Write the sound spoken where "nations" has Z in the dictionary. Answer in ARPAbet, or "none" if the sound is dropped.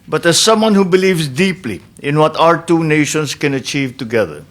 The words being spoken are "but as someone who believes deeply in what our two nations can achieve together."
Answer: S